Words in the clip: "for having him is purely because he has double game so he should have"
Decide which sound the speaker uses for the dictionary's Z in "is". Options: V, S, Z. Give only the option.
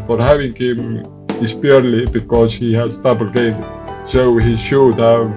S